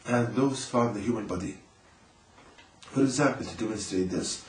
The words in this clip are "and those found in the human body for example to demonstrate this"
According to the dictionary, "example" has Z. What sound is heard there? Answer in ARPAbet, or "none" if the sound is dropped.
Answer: Z